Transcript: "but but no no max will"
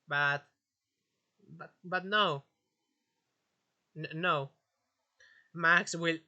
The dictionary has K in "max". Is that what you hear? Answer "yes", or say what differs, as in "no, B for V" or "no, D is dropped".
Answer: yes